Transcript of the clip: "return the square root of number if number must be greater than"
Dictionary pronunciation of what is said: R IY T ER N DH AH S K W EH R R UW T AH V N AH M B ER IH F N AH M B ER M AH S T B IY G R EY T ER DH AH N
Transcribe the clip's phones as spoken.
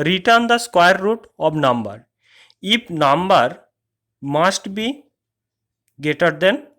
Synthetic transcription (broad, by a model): R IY T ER N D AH S K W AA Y R UW T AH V N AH M B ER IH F N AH M B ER M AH S T B IY G EY T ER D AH N